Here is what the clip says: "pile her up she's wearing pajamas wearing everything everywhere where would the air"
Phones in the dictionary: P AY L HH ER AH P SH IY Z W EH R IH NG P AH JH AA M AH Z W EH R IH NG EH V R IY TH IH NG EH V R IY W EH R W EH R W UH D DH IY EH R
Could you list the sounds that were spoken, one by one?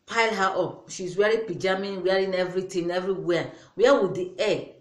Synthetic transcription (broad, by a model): P AY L HH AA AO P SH IY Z W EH R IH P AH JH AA M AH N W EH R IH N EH V R IY T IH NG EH V R IY W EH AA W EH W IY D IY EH